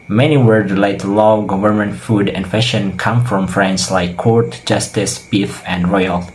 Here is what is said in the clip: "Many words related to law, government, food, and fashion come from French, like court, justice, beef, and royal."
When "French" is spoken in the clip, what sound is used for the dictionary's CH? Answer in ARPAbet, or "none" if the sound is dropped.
S